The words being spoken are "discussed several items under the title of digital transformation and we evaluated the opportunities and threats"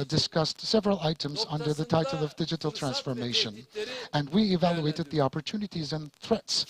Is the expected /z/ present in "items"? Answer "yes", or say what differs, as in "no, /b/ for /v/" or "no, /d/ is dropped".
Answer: yes